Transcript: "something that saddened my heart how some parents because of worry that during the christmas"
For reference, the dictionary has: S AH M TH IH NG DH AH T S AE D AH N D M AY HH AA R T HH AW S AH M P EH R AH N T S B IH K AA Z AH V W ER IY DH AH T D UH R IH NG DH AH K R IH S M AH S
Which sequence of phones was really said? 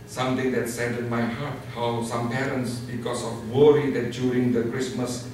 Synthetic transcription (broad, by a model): S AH M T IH NG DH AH T S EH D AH D M AY HH AA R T HH AW S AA M P EH R AH N T S B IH K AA S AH F W ER IY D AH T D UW R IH NG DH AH K R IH S M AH S